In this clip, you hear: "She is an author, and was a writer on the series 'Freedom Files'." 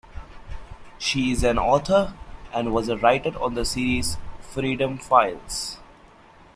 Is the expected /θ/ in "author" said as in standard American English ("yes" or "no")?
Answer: no